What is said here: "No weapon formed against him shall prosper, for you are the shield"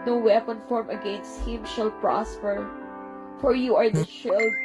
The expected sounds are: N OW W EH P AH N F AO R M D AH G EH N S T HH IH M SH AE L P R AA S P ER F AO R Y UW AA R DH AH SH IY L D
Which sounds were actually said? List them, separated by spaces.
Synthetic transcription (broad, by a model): N OW W EH P AH N F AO R M AH G EH N S T HH IH M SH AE L P R AA S P ER F AO R Y UW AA R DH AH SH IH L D